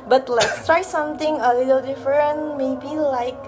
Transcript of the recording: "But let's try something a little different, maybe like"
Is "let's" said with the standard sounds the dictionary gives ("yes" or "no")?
yes